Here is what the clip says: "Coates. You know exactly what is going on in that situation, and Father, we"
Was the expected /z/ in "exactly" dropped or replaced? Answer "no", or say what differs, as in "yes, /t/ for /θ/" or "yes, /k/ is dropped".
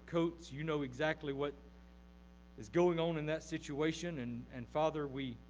no